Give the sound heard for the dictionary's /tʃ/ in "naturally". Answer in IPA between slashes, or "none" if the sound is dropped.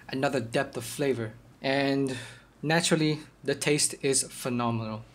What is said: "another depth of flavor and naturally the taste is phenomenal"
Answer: /tʃ/